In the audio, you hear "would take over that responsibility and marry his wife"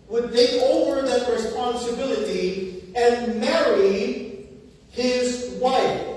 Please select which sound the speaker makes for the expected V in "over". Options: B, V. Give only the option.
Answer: V